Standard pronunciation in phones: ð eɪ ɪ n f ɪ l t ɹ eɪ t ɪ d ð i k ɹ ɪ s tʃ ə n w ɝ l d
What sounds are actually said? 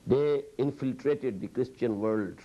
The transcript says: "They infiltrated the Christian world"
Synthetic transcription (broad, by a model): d eɪ ɪ n f ɪ l t ɹ eɪ t ɪ d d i k ɹ ɪ s tʃ ə n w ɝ l d